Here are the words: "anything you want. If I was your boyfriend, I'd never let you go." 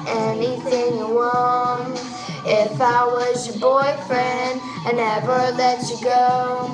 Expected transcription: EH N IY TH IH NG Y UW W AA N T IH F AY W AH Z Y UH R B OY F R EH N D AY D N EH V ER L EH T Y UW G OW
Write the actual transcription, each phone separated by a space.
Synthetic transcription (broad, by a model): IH N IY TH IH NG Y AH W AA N IH F AY W AH Z Y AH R B OY F R EH N D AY N EH V ER L EH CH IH G OW